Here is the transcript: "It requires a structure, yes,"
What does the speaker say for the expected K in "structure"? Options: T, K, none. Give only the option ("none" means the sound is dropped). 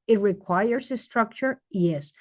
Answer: K